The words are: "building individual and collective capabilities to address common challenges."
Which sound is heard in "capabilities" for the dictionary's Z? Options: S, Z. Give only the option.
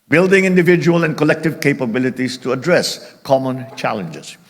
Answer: S